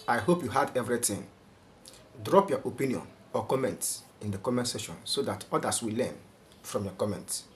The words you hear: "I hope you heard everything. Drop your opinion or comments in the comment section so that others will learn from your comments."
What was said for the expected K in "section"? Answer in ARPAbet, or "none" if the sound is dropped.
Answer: none